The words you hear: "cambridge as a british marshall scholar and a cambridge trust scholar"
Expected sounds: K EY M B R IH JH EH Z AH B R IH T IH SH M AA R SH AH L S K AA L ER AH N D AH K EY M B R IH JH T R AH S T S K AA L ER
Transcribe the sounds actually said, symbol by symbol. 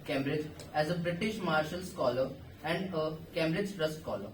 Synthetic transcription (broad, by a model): K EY M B R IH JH EH Z AH B R IH T IH SH M AA R SH AH L S K AA L ER AH N D AH K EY M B R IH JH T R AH S T K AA L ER